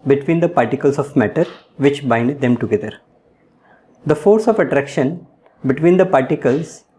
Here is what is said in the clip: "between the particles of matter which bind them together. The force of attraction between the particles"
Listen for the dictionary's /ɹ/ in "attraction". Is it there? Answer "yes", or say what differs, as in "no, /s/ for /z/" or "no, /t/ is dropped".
yes